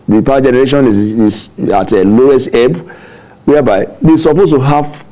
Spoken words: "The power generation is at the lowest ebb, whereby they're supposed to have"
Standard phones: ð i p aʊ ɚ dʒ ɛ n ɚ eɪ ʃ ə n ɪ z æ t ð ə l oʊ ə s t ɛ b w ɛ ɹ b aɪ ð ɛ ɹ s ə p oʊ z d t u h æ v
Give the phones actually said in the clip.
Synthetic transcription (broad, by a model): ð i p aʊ dʒ ɛ n ɚ eɪ ʃ ə n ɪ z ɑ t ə l oʊ ə s t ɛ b w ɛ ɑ b aɪ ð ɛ s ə p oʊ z t u h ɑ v